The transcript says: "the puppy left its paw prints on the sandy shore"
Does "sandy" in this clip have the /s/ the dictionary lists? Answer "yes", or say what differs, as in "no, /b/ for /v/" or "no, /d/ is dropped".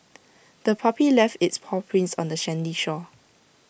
no, /ʃ/ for /s/